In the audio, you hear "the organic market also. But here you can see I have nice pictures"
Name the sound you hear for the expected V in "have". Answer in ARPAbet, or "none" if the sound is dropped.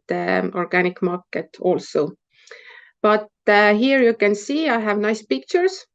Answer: V